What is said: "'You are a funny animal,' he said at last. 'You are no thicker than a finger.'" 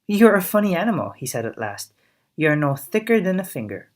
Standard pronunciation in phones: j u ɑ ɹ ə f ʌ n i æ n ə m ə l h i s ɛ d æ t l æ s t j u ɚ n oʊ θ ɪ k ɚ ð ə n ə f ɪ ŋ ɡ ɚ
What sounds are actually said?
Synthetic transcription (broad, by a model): j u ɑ ɹ ə f ʌ n i æ n ə m ə l h i s ɛ d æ t l æ s t j u ɚ n oʊ θ ɪ k ɚ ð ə n ə f ɪ ŋ ɡ ɚ